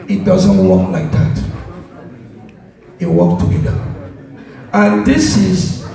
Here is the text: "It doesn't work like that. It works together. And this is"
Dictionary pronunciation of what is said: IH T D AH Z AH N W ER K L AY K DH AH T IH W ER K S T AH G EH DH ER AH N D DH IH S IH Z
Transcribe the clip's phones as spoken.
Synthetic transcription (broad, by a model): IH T D AH Z AH N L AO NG L AY K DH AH T IH W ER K T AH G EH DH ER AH N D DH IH S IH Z